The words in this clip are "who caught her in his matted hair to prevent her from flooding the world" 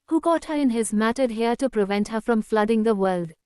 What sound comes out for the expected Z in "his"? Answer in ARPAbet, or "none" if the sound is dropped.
Z